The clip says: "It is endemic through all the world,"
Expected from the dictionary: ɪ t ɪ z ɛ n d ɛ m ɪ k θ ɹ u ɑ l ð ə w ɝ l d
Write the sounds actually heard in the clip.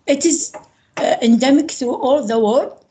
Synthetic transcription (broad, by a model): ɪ t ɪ z ɛ n d ɛ m ɪ k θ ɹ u ɑ l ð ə w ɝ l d